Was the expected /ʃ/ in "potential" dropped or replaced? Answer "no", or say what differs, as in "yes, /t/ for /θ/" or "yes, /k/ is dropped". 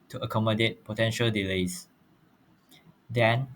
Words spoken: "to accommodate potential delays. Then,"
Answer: no